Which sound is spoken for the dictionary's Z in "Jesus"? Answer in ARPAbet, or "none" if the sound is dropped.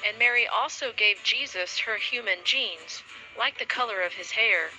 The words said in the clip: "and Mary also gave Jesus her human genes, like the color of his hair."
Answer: Z